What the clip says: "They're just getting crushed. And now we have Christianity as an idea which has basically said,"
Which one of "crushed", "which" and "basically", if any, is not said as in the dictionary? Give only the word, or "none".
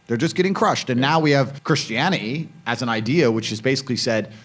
none